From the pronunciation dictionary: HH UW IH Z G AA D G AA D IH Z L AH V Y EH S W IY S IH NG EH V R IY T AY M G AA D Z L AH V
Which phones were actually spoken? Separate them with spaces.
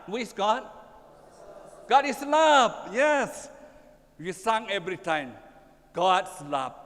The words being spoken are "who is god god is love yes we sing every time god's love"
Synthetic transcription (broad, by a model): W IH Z G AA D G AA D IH S L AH P Y EH S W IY S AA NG EH V R IY T AY M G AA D S L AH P